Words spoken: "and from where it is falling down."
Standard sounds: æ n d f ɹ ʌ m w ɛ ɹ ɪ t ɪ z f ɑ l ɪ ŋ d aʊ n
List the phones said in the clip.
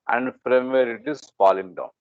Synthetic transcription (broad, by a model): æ n d p ɹ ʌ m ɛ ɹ ɪ t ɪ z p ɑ l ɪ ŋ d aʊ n